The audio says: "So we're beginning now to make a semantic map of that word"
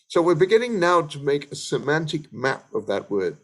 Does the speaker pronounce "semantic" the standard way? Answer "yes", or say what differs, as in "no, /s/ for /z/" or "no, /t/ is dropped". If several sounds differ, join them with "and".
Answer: yes